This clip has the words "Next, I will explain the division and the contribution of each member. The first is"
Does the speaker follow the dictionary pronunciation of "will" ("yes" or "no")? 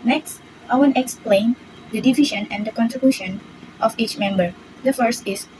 no